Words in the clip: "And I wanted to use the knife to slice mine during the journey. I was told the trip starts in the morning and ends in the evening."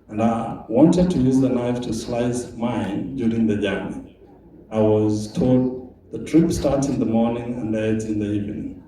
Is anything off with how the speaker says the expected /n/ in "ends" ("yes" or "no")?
yes